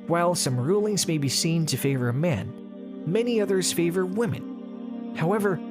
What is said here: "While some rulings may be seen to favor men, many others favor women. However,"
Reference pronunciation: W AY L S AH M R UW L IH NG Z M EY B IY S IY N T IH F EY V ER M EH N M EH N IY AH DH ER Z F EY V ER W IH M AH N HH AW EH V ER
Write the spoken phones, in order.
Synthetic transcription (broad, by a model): W AY L S AH M R UW L IH NG Z M EY B IY S IY N T IH F EY V ER M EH N M EH N IY AH DH ER Z F EY V ER W IH M AH N HH AW EH V ER